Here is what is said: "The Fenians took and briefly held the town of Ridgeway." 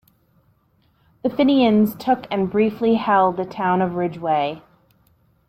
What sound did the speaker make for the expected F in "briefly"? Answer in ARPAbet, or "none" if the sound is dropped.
F